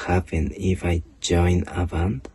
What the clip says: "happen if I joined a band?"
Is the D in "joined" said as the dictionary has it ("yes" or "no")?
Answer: no